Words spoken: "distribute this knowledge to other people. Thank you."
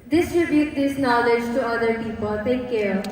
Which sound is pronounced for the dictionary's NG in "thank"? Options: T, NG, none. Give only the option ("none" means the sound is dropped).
none